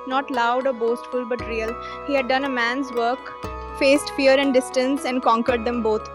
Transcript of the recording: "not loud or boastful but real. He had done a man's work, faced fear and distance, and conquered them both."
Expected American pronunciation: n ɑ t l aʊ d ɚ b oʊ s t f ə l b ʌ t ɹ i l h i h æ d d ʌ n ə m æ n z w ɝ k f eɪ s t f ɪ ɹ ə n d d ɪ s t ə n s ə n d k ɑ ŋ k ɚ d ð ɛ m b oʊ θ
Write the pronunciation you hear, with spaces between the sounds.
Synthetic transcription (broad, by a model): n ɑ t l aʊ d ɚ b oʊ s t f ə l b ʌ t ɹ i l h i h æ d d ʌ n ə m æ n z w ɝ k f eɪ s t f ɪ ɹ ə n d d ɪ s t ə n s ə n d k ɑ ŋ k ɚ d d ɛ m b oʊ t